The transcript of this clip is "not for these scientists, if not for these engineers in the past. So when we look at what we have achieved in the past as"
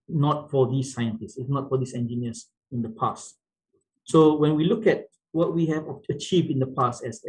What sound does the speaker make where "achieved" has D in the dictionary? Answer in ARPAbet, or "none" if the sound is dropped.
D